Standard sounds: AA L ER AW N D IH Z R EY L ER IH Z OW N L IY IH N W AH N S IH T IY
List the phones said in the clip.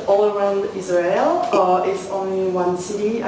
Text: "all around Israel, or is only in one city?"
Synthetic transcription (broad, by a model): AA L ER AW N D IH Z R EY L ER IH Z OW N L IY W AH N S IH T IY